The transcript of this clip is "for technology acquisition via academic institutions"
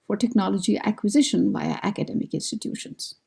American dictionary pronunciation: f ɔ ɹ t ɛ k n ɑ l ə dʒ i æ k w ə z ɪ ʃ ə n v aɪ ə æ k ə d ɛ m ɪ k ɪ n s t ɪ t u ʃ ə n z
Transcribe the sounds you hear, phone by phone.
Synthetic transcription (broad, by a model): f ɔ ɹ t ɛ k n ɑ l ə dʒ i æ k w ə z ɪ ʃ ə n b aɪ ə æ k ə d ɛ m ɪ k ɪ n s t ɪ t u ʃ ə n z